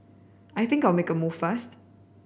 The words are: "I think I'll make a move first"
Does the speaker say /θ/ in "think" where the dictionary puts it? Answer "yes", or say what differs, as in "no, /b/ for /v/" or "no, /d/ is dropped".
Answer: yes